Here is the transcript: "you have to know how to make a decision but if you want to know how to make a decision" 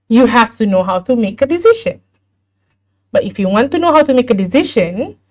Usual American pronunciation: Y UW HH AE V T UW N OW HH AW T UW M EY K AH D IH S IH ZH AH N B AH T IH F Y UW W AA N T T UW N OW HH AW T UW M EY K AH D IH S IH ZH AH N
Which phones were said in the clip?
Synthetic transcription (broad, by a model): Y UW HH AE F T UW N OW HH AW T UW M EY K AH D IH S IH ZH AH N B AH T IH F Y UW W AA N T T UW N OW HH AW T UW M EY K AH D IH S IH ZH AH N